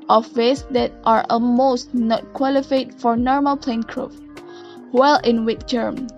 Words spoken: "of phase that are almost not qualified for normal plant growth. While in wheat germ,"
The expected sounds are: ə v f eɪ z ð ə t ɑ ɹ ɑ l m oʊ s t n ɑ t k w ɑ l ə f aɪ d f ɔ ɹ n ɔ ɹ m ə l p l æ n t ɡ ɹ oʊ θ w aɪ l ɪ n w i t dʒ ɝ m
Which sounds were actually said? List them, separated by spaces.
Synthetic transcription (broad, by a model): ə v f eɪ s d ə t ɑ ɹ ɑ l m oʊ s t n ɑ t k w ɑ l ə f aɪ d f ɔ ɹ n ɔ ɹ m ə l p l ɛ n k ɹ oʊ f w aɪ l ɪ n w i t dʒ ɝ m